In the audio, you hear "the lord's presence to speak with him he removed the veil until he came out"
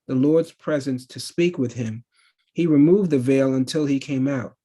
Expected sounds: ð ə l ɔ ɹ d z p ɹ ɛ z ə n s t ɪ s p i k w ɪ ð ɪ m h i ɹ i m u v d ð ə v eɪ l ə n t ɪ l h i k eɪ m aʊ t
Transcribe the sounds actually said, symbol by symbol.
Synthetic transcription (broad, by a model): ð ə l ɔ ɹ d z p ɹ ɛ z ə n s t ɪ s p i k w ɪ ð ɪ m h i ɹ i m u v ð ə v eɪ l ə n t ɪ l i k eɪ m aʊ t